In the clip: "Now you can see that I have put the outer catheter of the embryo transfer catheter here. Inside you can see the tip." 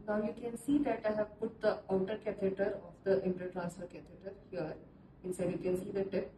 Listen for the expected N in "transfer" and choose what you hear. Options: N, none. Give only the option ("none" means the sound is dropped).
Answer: none